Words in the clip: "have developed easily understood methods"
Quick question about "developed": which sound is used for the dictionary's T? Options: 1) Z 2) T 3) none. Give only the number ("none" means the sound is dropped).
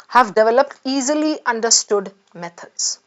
2